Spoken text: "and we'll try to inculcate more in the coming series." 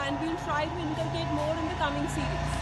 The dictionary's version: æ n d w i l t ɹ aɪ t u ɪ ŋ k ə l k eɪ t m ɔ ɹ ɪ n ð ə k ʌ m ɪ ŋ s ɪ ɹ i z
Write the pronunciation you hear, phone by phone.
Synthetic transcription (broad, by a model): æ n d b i n t ɹ aɪ t u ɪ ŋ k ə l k eɪ t m ɔ ɹ ɪ n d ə k ʌ m ɪ ŋ s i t